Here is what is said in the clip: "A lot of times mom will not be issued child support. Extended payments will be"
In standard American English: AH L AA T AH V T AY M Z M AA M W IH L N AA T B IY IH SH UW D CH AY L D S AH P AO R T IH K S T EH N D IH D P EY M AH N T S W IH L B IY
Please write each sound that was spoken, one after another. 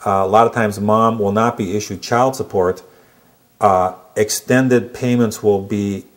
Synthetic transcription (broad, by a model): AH L AA T AH V T AY M Z M AA M W IH L N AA T B IY IH SH UW D CH AY L D S AH P AO R T IH K S T EH N D IH D P EY M AH N T S W IH L B IY